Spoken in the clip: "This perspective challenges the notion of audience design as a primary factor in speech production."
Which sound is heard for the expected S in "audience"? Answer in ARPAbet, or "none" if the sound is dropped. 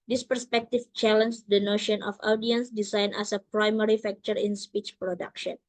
S